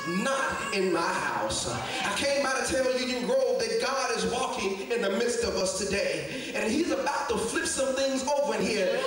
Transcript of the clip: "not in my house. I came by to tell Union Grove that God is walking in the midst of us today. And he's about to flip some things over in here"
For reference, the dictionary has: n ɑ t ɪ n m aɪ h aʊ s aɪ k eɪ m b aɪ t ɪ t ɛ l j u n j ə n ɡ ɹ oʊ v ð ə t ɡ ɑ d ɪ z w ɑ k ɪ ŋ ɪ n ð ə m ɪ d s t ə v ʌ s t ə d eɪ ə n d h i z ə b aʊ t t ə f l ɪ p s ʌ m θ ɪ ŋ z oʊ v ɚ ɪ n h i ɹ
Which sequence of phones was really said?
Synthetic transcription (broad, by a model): n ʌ t ɪ n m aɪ h aʊ s aɪ k eɪ m b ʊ t ɪ t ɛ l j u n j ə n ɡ ɹ oʊ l ð ə t ɡ ɑ d ɪ z w ɑ k ɪ ŋ ɪ n ð ə m ɪ d s t ə v ʌ s t ə d eɪ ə n h i z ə b aʊ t t ə f l ɪ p s ʌ m θ ɪ ŋ z oʊ v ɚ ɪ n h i ɹ